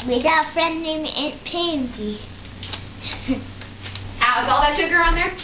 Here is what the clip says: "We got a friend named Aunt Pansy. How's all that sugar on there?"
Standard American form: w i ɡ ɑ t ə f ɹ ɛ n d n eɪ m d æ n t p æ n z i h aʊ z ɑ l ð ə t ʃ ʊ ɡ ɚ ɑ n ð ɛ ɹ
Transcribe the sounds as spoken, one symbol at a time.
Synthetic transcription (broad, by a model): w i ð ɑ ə f ɹ ɛ n d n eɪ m ɪ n p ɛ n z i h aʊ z ɑ l ð ə t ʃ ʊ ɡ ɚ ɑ n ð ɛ ɹ